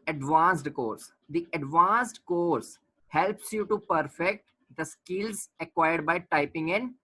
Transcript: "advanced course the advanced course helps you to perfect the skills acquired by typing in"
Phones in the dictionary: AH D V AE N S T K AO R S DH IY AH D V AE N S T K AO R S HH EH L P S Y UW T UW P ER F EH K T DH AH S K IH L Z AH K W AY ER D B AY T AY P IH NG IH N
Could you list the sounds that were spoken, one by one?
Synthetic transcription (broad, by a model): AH D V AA N S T K AO R S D IY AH D V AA N S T K AO R S HH EH L P S Y UW T UW P ER F EH K T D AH S K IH L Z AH K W AY ER D B AY T AY P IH NG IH N